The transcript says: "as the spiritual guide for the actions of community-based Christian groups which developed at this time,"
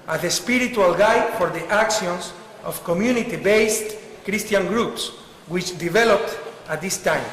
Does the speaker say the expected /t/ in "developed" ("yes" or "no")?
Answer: yes